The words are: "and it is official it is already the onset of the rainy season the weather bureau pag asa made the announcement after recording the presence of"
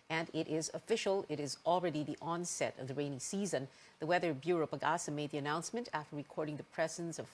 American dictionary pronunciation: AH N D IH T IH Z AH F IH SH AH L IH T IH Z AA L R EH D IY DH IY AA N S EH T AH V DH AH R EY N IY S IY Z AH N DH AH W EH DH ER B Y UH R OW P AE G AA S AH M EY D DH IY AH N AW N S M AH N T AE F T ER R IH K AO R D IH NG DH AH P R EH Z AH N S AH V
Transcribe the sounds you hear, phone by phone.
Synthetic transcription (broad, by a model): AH N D T IH Z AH F IH SH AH L IH T IH Z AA L R EH D IY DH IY AA N S EH T AH V DH AH R EY N IY S IY Z AH N DH AH W EH DH ER B Y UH R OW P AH G AA S AH M EY D DH IY AH N AW N S M AH N T AE F T ER R IH K AO R D IH NG DH AH P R EH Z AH N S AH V